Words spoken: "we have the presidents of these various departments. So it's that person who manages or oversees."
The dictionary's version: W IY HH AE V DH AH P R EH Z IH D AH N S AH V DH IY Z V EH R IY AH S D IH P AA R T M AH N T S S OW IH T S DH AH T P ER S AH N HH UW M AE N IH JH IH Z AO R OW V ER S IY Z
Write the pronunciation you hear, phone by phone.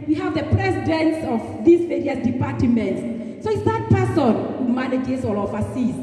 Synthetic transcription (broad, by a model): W IY HH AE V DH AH P R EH S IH D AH N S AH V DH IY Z V EH R IY AH S D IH P AA T M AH N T S S OW IH T S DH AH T P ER S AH N HH UW M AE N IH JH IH S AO L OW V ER S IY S